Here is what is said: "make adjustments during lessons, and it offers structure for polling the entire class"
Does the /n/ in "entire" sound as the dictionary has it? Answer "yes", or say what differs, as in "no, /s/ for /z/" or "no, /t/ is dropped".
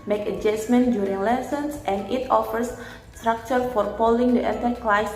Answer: no, /n/ is dropped